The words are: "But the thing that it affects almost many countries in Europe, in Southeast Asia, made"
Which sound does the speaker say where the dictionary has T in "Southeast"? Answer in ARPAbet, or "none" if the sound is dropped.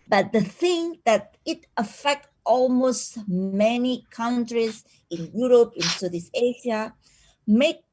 none